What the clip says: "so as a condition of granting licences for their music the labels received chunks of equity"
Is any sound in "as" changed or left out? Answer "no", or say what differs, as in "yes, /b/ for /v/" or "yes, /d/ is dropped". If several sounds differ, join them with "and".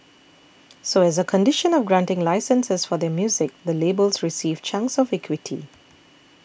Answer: no